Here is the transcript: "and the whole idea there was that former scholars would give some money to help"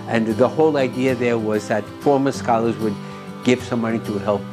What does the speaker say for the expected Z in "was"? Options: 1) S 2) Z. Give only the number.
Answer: 2